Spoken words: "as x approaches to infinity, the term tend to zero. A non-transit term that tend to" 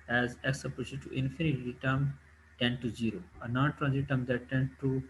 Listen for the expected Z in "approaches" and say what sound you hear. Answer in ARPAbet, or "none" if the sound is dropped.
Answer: none